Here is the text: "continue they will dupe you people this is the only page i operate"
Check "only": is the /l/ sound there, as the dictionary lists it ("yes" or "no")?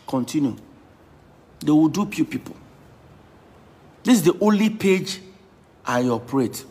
yes